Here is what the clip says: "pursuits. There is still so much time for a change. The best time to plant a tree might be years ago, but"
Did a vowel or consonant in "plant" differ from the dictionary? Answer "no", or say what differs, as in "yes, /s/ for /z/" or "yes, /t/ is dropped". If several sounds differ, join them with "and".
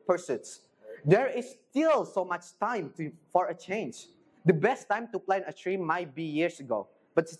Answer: yes, /t/ is dropped